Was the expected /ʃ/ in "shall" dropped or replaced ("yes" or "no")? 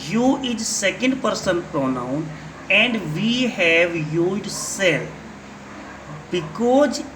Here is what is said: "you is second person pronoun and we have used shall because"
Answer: yes